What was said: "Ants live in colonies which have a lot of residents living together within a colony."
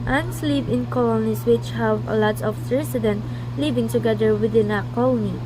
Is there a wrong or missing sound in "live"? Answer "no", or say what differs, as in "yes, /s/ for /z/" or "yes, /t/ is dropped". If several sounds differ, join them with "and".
yes, /p/ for /v/